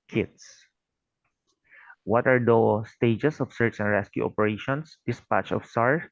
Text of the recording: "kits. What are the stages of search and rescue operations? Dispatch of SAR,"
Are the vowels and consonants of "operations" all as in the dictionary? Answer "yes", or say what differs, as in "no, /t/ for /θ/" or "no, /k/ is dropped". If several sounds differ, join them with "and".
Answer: no, /s/ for /z/